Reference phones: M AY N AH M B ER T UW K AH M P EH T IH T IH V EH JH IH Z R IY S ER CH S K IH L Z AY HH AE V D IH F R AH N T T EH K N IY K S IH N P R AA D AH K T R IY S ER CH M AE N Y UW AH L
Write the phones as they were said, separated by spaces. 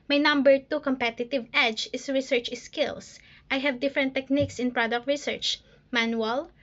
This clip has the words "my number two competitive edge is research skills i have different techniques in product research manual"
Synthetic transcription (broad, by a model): M AY N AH M B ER T UW K AH M P EH T IH T IH V EH JH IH S R IY S ER CH S K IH L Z AY HH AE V D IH F R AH N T T EH K N IY K S IH N P R AA D AH K T R IY S ER CH M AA N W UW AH L